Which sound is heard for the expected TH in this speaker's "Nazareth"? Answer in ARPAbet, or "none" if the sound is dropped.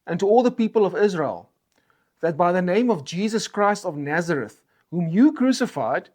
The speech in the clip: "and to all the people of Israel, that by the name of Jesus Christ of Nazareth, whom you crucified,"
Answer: TH